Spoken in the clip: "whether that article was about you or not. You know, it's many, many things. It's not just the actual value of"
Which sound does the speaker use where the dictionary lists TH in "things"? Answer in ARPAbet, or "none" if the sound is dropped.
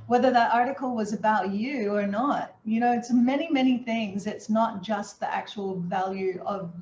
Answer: TH